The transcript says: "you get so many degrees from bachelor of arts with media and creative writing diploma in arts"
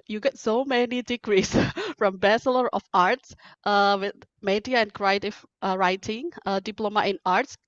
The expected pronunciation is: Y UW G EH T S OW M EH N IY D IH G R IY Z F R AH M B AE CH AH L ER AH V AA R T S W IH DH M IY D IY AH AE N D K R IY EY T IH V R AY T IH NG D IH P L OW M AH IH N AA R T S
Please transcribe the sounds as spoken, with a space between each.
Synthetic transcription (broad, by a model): Y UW G EH T S OW M EH N IY D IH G R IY S F R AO M B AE S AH L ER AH F AA R T S W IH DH M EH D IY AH N K R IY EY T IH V R AY T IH NG D IH P L OW M AH IH N AA R T S